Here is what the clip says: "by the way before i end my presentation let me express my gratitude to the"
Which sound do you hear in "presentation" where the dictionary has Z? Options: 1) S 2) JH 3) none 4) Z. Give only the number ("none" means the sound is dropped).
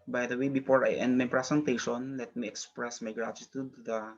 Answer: 1